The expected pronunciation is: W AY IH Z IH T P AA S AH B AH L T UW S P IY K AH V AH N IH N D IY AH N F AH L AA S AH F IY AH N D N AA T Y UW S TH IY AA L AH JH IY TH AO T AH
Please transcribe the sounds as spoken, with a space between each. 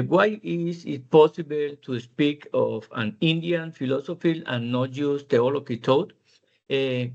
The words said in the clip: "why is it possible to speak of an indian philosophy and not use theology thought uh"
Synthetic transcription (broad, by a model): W AY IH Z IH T P AA S AH B AH L T UW S P IY K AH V AH N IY N D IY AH N F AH L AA S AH F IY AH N N AA T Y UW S T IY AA L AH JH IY T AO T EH